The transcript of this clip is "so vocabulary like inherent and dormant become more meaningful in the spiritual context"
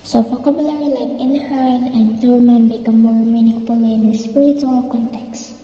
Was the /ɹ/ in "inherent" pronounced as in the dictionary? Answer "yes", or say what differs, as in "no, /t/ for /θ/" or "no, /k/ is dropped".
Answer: no, /l/ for /ɹ/